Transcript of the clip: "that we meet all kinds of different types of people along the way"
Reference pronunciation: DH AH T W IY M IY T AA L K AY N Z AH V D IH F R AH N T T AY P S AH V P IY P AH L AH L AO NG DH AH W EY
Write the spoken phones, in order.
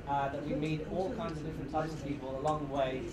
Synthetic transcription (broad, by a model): DH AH T W IY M IY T AA L K AY N Z AH V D IH F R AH N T S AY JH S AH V P IY P AH L AH L AO NG DH AH W EY